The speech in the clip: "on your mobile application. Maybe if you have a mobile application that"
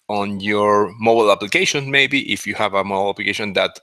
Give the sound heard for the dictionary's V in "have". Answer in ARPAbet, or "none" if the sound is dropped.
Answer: V